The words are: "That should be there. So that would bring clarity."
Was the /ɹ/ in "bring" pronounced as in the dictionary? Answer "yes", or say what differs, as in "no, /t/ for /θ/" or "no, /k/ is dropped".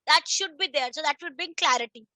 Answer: no, /ɹ/ is dropped